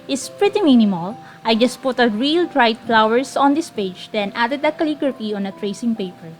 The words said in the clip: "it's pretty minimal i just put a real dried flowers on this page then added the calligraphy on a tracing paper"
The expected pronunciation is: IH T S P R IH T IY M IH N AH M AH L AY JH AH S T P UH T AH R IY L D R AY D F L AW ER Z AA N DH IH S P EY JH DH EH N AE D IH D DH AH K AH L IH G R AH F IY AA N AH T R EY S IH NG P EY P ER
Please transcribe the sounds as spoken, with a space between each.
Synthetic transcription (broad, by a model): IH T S P R IH T IY M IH N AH M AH L AY JH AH S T P UH T AH R IY L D R AY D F L AW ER S AA N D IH S P EY JH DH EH N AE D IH D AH K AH L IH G R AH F IY AA N AH T R EY S IH NG P EY P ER